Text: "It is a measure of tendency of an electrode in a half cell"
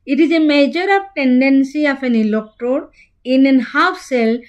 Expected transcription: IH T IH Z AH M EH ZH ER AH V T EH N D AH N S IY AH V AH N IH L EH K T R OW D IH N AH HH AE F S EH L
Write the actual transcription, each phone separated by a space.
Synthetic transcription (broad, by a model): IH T IH Z AH M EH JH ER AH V T EH N D AH N S IY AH F AH N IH L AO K T OW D IH N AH HH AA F S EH L